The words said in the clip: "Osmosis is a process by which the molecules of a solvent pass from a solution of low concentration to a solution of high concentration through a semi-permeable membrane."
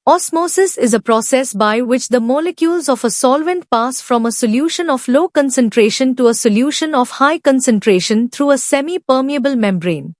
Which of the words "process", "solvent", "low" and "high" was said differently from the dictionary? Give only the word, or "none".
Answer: none